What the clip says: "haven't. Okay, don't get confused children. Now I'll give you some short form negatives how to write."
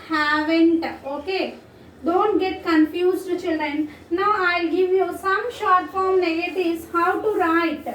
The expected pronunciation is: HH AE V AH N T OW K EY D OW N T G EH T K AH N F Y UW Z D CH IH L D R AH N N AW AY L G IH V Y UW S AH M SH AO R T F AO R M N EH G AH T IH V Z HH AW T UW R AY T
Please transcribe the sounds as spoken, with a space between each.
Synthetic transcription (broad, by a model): HH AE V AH N T OW K EY D OW N T G EH T K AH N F Y UW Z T CH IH L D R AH N N AW AY L G IH V Y UW S AH M SH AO R T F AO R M N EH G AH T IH Z HH AW T UW R AY T